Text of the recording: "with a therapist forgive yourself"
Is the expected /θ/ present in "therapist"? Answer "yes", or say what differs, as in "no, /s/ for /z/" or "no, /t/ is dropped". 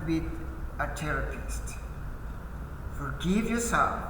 no, /t/ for /θ/